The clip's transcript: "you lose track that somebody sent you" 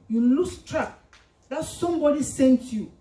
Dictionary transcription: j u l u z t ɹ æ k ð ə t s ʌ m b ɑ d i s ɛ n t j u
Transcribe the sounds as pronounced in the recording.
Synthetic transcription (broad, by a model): j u l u s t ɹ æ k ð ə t s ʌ m b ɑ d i s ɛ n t j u